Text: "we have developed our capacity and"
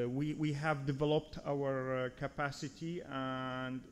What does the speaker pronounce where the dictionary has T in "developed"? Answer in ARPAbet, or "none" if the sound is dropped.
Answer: T